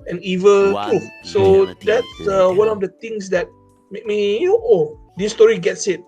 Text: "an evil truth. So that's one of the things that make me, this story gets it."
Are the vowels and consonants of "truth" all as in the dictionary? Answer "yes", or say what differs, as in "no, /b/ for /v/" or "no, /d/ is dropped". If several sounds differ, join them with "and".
no, /ɹ/ is dropped